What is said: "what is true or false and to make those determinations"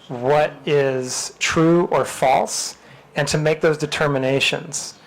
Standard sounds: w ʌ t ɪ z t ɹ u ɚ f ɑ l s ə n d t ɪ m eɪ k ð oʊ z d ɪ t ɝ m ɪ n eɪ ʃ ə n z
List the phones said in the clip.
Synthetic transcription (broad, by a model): w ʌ t ɪ z t ɹ u ɚ f ɑ l s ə n t ɪ m eɪ k ð oʊ z d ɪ t ɝ m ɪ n eɪ ʃ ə n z